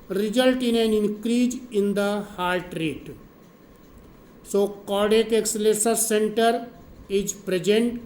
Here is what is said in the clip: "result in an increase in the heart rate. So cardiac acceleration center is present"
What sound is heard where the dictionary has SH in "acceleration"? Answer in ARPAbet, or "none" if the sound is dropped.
S